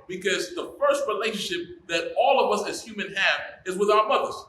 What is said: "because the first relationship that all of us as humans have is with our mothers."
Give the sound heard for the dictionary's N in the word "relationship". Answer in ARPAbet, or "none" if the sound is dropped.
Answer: N